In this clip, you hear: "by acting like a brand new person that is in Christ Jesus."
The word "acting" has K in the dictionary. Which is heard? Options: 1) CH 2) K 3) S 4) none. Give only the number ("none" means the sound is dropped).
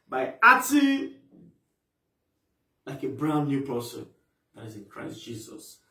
4